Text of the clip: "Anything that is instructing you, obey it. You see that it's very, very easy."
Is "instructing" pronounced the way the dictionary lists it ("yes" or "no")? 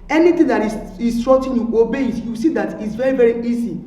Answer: no